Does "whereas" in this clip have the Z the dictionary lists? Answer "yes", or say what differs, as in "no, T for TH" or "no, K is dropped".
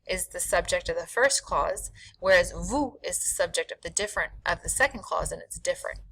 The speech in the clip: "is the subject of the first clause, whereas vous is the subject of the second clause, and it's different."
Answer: yes